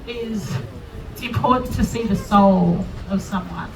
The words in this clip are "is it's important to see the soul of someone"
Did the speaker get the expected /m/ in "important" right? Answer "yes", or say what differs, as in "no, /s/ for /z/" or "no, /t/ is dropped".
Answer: no, /m/ is dropped